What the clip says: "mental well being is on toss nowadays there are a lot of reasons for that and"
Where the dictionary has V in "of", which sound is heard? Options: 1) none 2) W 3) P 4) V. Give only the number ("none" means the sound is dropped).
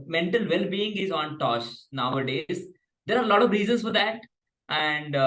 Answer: 4